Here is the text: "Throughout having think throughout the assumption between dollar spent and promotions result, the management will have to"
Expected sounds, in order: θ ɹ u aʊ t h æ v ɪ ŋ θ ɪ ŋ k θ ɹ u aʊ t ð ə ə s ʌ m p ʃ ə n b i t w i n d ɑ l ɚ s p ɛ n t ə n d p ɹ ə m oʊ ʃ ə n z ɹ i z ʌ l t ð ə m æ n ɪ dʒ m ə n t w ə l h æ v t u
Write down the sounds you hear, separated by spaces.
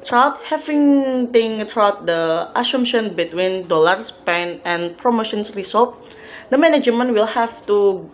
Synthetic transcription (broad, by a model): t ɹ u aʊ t h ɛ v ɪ ŋ t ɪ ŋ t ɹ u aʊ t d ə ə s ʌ m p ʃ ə n b i t w i n d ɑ l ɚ s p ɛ n ə n p ɹ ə m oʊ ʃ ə n s ɹ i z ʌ l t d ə m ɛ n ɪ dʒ m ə n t w ə l h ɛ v t u